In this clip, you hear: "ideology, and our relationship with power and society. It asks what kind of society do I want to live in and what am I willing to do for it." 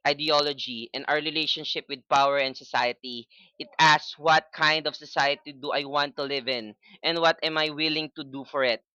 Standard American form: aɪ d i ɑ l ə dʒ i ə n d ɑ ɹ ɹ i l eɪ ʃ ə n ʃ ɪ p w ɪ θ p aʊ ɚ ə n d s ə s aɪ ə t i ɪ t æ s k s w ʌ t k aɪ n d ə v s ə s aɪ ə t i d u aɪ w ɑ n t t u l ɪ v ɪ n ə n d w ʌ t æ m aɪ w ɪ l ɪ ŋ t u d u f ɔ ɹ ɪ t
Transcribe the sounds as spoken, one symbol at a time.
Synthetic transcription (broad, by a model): aɪ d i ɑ l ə dʒ i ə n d ɑ ɹ ɹ i l eɪ ʃ ə n ʃ ɪ p w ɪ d p aʊ ɚ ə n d s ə s aɪ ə t i ɪ t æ s s w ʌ t k aɪ n d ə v s ə s aɪ ə t i d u aɪ w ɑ n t t u l ɪ v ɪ n ə n d w ʌ t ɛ m aɪ w ɪ l ɪ ŋ t u d u f ɔ ɹ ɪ t